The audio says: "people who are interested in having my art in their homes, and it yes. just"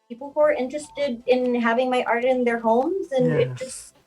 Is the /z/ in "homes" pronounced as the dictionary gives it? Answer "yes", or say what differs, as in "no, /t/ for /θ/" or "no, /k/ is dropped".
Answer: yes